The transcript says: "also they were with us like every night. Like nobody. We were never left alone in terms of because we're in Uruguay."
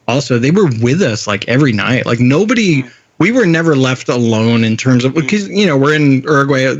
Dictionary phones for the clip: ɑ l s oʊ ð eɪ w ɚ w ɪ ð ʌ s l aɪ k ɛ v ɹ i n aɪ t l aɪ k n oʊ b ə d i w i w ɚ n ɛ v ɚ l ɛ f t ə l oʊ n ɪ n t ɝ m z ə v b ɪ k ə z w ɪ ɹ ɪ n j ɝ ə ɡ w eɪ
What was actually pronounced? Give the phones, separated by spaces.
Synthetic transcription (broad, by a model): ɑ l s oʊ ð eɪ w ɚ w ɪ ð ʌ s l aɪ k ɛ v ɹ i n aɪ t l aɪ k n oʊ b ə d i w i w ɚ n ɛ v ɚ l ɛ f t ə l oʊ n ɪ n t ɝ m z ə v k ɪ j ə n w ɪ ɹ ɪ n ɝ ɡ w eɪ